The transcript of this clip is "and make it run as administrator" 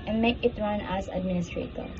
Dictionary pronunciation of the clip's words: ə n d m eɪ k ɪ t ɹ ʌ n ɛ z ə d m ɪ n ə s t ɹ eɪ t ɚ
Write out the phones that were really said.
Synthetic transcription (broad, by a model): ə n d m eɪ k ɪ t ɹ ʌ n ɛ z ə d m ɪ n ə s t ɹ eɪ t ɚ